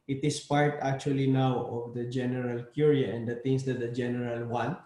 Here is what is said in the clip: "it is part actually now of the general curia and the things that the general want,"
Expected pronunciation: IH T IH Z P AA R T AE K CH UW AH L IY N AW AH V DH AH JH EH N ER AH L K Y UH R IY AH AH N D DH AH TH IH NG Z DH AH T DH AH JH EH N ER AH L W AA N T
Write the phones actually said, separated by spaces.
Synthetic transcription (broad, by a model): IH T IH S P AA R T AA K CH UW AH L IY N AW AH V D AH JH EH N ER AH L K Y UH R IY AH AH N D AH T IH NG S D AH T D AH JH EH N ER AH L W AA N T